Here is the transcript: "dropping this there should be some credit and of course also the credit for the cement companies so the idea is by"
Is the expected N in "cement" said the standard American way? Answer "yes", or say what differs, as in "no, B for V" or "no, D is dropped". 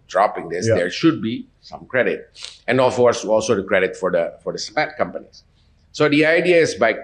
no, N is dropped